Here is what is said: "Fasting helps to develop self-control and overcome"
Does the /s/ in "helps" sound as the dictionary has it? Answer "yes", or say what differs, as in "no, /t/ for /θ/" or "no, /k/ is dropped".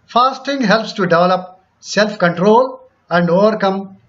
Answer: yes